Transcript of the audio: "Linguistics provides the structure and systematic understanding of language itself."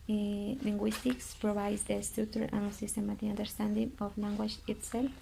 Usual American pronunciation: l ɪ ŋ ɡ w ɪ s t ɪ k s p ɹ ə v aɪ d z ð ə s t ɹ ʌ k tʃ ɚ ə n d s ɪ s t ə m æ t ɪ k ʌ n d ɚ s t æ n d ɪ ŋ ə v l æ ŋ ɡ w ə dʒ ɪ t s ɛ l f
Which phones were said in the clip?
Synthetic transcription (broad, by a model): l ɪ ŋ ɡ w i s t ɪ k s p ɹ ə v aɪ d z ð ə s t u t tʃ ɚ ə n s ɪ s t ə m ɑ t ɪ ʌ n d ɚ s t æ n d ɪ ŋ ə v l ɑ ŋ ɡ w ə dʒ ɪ t s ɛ l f